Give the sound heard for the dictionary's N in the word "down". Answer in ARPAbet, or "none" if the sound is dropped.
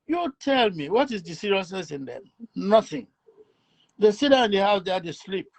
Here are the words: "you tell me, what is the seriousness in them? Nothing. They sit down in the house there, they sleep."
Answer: none